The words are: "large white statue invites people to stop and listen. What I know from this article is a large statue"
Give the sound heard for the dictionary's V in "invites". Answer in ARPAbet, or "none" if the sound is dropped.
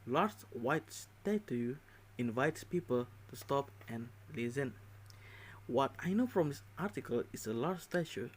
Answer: V